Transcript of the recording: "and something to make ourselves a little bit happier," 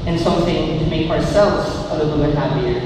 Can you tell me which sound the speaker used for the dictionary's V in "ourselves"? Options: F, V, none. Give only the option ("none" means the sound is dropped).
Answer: V